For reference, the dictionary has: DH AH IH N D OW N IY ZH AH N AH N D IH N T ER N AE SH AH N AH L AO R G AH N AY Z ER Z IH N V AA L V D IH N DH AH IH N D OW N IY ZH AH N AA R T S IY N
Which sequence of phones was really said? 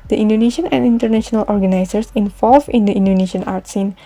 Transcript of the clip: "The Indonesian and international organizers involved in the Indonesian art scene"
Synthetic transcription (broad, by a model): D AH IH N D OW N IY SH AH N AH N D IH N T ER N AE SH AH N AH L AO R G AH N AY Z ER S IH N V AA L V IH N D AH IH N D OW N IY SH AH N AA R T S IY N